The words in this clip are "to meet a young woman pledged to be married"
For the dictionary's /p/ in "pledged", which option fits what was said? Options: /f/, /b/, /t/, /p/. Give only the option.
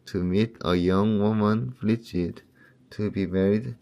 /f/